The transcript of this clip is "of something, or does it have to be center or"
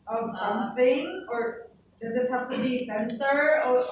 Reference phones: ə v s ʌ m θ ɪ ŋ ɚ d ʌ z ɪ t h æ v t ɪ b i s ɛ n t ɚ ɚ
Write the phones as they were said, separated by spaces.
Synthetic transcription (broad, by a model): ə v s ʌ m θ ɪ ŋ ɚ d ʌ z ɪ t h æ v t ɪ b i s ɛ n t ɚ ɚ